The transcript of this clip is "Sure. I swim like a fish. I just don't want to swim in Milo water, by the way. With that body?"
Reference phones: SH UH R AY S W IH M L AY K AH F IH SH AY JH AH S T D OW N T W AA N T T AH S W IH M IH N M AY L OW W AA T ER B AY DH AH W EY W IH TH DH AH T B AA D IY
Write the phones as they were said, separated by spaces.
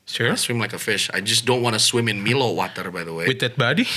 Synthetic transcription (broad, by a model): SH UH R S W IH M L AY K AH F IH SH AY JH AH S D OW N T W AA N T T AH S W IH M IH N M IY L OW W AA T ER B AY DH AH W EY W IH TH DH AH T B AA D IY